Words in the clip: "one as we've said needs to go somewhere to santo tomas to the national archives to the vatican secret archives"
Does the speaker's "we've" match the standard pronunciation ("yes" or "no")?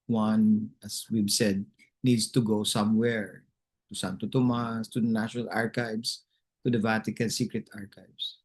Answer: no